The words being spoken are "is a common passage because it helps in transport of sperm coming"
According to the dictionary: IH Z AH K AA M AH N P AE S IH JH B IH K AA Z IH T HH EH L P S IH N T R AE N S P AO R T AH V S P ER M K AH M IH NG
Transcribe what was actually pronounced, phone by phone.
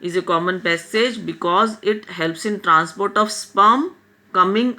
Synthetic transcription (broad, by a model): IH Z AH K AA M AH N P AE S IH JH B IH K AA Z IH T HH EH L P S IH N T R AE N S P AO R T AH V S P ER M K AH M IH NG